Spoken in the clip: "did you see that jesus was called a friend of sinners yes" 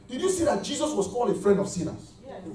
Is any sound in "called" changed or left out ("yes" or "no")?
yes